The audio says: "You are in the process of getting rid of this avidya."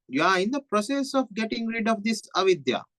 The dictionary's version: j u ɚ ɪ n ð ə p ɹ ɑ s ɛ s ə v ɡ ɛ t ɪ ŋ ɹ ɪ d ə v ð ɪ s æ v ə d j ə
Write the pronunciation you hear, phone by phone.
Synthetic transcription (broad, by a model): j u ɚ ɪ n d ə p ɹ ɑ s ɛ s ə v ɡ ɛ t ɪ ŋ ɹ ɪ d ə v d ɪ s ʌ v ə d j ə